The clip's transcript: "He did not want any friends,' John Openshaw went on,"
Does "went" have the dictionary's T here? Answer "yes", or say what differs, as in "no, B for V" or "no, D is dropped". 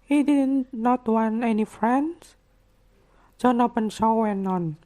no, T is dropped